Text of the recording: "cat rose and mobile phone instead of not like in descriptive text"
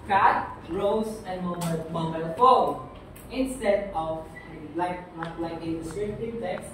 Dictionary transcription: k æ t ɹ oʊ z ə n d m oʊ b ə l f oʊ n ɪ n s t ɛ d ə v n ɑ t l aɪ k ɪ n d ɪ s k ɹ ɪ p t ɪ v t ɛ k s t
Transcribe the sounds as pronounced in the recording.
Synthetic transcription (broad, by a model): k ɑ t ɹ oʊ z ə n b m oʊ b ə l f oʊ ɪ n s t ɛ d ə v l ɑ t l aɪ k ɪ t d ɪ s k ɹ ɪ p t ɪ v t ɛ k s